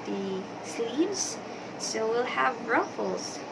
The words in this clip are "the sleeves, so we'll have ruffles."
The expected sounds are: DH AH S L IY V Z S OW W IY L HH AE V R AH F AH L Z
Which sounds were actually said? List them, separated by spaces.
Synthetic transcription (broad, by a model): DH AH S IY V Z S OW W IY L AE V R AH F L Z